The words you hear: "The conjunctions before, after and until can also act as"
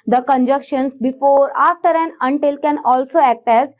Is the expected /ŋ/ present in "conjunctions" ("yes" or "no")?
no